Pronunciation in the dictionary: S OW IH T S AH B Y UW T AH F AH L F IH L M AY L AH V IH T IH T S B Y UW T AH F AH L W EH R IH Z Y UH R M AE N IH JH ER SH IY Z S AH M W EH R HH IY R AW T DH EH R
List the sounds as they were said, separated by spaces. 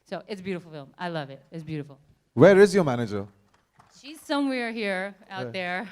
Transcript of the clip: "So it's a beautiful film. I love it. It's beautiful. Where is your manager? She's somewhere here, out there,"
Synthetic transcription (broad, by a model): S OW IH T S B Y UW T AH F L F IH L M AY L AH V IH T IH T S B Y UW T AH F L W EH R IH Z Y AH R M AE N IH JH ER SH IY Z S AH M W EH R HH IY R AW T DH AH R